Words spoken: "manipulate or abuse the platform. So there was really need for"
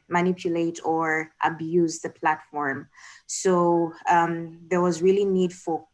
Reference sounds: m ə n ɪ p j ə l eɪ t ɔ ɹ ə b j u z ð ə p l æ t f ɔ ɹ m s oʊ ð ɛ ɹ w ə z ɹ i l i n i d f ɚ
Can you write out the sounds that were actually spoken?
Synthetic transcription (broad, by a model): m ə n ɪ p j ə l eɪ t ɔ ɹ ə b j u z ð ə p l æ t f ɔ ɹ m s oʊ ð ɛ ɹ w ə z ɹ i l i n i d f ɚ